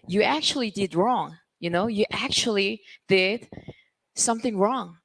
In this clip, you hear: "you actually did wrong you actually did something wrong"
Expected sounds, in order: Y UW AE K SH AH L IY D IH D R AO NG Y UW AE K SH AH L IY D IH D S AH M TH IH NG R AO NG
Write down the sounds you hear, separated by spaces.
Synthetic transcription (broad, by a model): Y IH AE K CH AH L IY D IH D R AO NG Y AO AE K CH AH L IY D IH D S AH M TH IH NG R AO NG